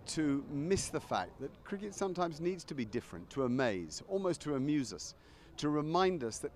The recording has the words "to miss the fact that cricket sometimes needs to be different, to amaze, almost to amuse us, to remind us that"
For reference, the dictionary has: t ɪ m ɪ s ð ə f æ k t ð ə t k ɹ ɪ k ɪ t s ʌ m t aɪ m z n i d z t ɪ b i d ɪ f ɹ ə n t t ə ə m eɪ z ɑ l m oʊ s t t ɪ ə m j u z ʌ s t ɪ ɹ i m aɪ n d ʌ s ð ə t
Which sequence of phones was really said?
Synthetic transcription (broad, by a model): t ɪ m ɪ s ð ə f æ k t ð ə t k ɹ ɪ k ɪ t s ʌ m t aɪ m z n i d z t ɪ b i d ɪ f ɹ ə n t t ə ə m eɪ z ɑ l m oʊ s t t ɪ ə m j u z ʌ s t ɪ ɹ i m aɪ n d ʌ s ð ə t